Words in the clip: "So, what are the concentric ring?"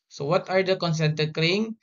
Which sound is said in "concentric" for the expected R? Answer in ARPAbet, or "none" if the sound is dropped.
none